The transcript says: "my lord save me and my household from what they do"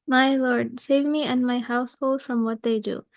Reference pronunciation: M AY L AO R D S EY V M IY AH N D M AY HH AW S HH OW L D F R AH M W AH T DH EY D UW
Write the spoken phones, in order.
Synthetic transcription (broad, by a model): M AY L AO R D S EY V M IY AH N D M AY HH AW S HH OW L D F R AH M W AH T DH EY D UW